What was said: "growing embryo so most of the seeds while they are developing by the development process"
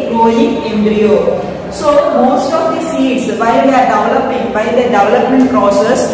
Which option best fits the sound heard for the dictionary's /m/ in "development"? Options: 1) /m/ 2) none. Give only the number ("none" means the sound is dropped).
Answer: 1